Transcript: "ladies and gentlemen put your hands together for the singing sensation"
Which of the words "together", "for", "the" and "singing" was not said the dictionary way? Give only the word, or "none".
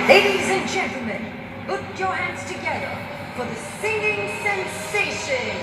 none